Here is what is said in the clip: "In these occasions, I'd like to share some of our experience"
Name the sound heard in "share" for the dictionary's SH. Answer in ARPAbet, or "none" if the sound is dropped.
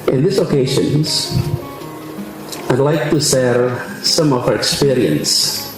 S